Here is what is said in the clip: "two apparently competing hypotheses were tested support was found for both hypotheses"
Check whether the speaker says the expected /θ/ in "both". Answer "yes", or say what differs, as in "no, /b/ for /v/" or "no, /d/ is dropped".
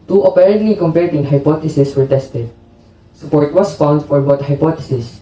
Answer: no, /t/ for /θ/